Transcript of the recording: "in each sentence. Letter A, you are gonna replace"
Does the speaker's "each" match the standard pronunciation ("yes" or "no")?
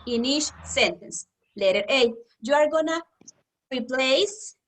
no